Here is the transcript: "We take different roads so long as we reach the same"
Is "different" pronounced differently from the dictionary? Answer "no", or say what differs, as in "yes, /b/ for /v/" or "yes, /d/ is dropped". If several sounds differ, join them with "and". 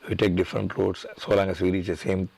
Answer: no